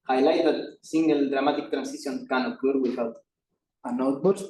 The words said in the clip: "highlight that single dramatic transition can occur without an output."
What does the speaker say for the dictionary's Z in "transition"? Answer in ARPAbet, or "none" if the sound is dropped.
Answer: S